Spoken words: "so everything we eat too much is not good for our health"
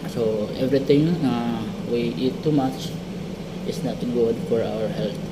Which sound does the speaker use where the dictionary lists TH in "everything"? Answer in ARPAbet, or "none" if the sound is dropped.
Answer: T